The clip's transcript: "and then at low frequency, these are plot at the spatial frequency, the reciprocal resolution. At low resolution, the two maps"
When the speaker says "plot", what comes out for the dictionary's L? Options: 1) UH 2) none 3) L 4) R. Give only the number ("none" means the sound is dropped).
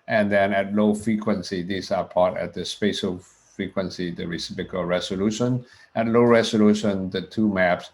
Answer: 2